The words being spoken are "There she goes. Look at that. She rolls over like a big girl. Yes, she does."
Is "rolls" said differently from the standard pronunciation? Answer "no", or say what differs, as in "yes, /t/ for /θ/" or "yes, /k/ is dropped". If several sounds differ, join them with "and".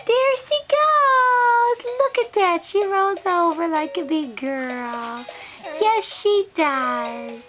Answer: yes, /l/ is dropped